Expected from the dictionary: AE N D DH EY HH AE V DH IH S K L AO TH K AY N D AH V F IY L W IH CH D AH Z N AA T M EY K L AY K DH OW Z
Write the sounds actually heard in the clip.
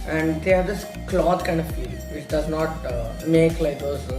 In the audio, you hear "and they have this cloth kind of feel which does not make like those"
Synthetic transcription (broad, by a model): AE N D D EY HH AE V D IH S K L AO T K AY N D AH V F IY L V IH CH D AH Z N AA T M EY K L AY K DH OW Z